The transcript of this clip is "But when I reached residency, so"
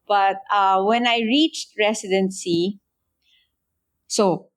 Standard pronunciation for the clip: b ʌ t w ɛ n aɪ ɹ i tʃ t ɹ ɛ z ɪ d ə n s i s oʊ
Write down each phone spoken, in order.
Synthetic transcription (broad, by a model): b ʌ t w ɛ n aɪ ɹ i tʃ t ɹ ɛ s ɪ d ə n s i s oʊ